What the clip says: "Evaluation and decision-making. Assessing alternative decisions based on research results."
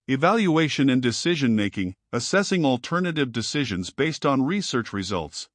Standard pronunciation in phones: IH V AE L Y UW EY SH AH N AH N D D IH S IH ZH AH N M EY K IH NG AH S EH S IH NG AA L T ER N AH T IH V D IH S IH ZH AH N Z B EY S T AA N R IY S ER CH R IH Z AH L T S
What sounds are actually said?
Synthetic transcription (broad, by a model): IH V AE L Y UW EY SH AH N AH N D D IH S IH ZH AH N M EY K IH NG AH S EH S IH NG AA L T ER N AH T IH V D IH S IH ZH AH N Z B EY S T N R IY S ER CH R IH Z AH L T S